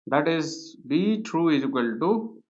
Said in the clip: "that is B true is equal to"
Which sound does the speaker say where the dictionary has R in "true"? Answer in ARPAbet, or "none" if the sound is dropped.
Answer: R